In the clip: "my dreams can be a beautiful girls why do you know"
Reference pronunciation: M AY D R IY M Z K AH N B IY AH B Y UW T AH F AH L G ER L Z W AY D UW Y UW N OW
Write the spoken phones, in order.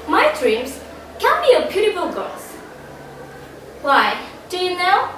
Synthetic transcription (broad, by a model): M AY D R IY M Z K AH N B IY AH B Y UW T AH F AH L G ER Z W AY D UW Y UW N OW